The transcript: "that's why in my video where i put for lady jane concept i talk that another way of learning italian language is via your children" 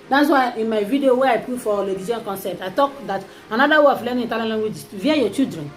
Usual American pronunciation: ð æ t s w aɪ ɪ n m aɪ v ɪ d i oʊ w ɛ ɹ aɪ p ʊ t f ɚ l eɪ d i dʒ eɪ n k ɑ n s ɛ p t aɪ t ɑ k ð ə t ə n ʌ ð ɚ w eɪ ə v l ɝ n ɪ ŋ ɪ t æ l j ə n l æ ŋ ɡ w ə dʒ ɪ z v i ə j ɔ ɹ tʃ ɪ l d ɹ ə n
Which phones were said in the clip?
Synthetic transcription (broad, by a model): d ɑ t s w aɪ ɪ n m aɪ v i d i oʊ w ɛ aɪ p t f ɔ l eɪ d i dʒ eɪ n k ɑ n s ɛ p t aɪ t ɑ k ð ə t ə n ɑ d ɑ w eɪ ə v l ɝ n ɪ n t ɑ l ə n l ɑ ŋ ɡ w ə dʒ v i ə j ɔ tʃ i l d ɹ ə n